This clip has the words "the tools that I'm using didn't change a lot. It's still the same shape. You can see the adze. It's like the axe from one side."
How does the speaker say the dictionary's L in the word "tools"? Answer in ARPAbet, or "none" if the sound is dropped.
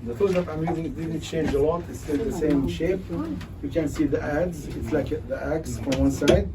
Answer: none